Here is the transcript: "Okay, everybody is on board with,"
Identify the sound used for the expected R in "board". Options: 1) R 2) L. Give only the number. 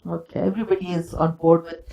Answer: 1